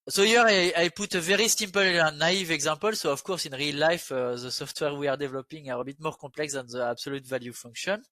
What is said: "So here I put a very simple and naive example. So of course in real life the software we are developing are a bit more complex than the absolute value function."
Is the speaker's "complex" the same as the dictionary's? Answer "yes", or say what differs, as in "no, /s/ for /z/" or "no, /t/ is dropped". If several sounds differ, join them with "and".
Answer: no, /m/ is dropped